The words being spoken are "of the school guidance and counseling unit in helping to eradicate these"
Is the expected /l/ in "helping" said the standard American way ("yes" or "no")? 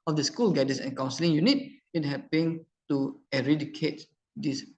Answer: no